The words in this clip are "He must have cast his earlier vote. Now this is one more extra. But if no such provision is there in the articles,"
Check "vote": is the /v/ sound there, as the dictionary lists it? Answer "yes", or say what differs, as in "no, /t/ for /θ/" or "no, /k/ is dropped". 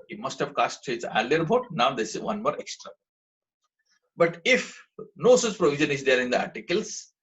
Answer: no, /b/ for /v/